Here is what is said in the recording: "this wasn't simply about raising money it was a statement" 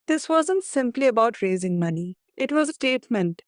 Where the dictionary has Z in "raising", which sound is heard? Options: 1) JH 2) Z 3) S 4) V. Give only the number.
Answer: 2